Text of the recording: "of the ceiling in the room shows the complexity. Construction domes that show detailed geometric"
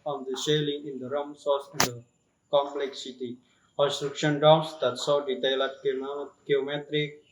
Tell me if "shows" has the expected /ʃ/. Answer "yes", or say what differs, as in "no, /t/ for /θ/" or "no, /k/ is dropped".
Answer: no, /s/ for /ʃ/